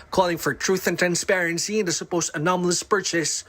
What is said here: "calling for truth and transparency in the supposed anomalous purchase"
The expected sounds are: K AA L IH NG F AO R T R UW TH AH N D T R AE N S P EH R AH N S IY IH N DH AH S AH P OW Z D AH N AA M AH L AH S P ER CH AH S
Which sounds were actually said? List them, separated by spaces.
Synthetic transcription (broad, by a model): K AA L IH NG F AO R T R UW TH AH N T R AE N S P EH R AH N S IY IH N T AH S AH P OW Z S AH N AA M AH L AH S P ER CH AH S